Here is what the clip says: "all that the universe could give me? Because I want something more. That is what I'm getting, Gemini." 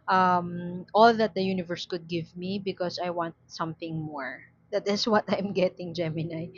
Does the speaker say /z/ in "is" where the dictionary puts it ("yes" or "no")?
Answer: no